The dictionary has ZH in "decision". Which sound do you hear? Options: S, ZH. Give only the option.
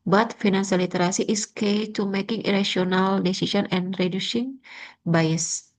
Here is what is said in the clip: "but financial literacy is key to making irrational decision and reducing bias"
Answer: S